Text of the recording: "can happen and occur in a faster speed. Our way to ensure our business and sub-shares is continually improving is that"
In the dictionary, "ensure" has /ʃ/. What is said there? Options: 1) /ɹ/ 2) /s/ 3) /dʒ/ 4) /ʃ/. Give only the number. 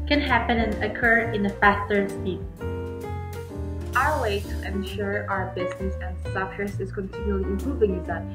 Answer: 4